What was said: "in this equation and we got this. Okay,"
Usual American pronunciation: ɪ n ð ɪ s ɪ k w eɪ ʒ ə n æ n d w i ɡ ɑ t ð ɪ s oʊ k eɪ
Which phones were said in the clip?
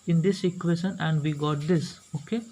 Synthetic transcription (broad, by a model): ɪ n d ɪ s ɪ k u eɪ ʃ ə n æ n d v i ɡ ɑ t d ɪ s oʊ k eɪ